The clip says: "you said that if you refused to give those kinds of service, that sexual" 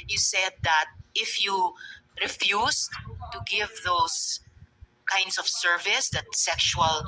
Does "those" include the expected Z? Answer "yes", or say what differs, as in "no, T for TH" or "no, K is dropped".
no, S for Z